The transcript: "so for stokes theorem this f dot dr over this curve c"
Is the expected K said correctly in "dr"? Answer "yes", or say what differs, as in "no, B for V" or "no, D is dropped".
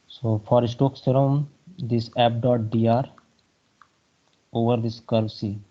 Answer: no, K is dropped